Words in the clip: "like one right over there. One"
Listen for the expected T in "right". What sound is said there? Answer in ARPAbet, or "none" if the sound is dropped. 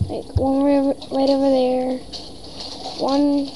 T